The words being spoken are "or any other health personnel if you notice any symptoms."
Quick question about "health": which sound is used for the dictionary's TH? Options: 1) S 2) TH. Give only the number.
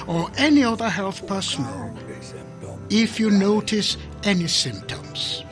2